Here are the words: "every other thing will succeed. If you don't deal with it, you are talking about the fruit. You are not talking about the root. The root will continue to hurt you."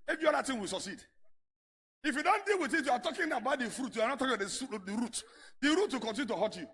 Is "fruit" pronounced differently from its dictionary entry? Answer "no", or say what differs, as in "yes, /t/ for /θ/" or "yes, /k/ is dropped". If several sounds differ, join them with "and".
no